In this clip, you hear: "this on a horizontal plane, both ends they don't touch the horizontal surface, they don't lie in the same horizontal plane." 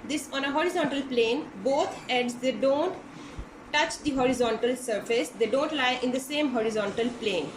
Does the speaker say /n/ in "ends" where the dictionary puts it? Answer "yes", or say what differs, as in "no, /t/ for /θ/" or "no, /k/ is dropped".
no, /n/ is dropped